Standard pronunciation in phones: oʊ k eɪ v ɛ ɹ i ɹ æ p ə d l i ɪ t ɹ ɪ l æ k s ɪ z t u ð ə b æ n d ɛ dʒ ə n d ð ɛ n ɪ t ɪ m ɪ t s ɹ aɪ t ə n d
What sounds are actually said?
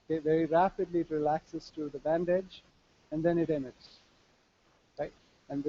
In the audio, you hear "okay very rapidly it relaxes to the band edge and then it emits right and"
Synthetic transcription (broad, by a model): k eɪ v ɛ ɹ i ɹ æ p ə d l i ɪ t ɹ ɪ l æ k s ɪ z t u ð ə b æ n d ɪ dʒ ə n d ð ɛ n ɪ t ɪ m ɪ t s ɹ aɪ t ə n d